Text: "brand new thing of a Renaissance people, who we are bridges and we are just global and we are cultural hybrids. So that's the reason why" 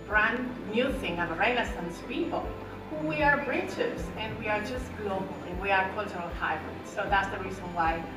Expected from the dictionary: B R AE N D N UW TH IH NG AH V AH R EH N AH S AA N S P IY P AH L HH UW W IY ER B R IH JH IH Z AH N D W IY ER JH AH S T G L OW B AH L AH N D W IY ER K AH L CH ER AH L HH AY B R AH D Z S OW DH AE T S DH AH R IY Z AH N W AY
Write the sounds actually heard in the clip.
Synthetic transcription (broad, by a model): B R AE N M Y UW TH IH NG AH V AH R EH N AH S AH N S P IY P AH L HH UW W IY ER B R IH CH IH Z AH N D W IY ER JH AH S T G L OW B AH L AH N W IY ER K AH L CH ER AH L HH AY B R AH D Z S OW DH AE T S DH AH R IY Z AH N W AY